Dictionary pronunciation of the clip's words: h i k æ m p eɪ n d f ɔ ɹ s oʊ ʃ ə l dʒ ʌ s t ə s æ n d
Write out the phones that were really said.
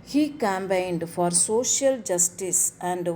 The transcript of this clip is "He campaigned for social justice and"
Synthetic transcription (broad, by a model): h i k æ m b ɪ n d f ɔ ɹ s oʊ ʃ ə l dʒ ʌ s t ə s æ n d